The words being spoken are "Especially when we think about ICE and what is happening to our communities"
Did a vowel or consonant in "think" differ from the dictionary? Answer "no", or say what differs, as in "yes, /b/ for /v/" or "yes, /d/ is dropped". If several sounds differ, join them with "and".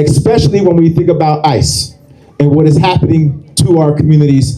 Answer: no